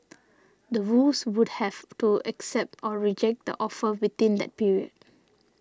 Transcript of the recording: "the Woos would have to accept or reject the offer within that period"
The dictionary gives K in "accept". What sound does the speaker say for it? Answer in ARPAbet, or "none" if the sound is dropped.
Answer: K